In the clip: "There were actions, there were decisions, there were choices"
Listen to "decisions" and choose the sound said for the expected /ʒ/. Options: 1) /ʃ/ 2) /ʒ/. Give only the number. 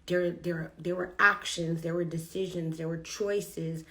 2